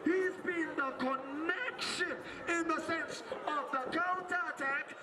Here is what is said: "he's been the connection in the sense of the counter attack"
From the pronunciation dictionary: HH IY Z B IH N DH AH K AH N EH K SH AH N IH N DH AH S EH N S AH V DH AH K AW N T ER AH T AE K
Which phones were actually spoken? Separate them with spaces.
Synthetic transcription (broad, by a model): HH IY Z B IH N DH AH K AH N EH K SH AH N IH N DH AH S EH N S AH V DH AH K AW N T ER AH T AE K